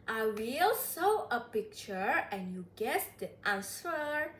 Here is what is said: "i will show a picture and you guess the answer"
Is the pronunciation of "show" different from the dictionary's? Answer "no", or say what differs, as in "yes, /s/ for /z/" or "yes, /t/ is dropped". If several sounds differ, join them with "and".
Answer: yes, /s/ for /ʃ/